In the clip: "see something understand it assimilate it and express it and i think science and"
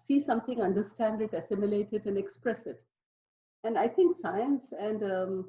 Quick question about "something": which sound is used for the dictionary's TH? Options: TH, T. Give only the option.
T